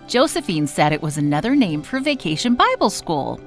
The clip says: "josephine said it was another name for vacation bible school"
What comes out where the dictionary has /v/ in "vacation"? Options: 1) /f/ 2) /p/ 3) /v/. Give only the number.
3